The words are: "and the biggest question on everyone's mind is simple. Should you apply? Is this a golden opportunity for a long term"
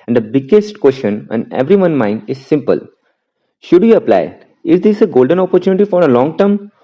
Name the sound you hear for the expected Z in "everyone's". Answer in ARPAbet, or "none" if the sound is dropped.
none